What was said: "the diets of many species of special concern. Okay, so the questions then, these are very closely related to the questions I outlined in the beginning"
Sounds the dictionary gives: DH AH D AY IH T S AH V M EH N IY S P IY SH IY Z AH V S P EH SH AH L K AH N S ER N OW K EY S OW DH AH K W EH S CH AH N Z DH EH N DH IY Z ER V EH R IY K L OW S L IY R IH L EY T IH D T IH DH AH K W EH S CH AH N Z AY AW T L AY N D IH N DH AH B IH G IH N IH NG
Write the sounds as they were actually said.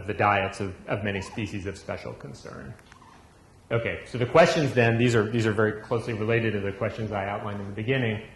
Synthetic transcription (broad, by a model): DH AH D AY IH T S AH V M EH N IY S P IY SH IY Z AH V S P EH SH L K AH N S ER N OW K EY S OW DH AH K W EH S CH AH N Z DH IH N DH IY Z ER V EH R IY K L OW S L IY R IH L EY T IH D T IH DH AH K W EH S CH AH N Z AY AW T L AY N D IH N DH AH B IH G IH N IH NG